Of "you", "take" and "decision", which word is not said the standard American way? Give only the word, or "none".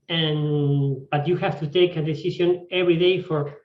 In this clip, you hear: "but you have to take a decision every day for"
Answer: decision